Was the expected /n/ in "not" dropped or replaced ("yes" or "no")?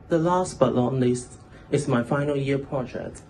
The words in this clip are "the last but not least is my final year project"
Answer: yes